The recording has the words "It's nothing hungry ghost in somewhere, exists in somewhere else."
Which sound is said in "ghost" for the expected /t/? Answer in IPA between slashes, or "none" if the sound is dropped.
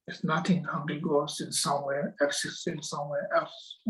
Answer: none